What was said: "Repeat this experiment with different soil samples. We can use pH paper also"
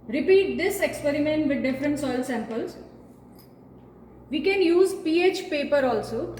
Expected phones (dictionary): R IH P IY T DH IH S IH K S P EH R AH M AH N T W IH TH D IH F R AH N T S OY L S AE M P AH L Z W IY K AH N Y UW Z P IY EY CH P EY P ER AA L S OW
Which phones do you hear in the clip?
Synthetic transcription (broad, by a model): R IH P IY T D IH S IH K S P EH R AH M AH N T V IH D D IH F R AH N T S OY L S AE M P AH L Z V IY K AH N Y UW Z P IY EY CH P EY P ER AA L S OW